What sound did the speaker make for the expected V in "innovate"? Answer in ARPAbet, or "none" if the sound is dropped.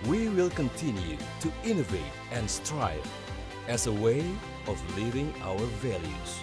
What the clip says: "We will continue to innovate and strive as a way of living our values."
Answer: V